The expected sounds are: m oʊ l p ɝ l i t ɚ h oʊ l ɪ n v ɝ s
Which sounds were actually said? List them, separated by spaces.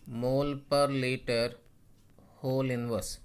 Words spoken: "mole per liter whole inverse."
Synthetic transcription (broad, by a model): m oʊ l p ɝ l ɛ t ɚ h oʊ l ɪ n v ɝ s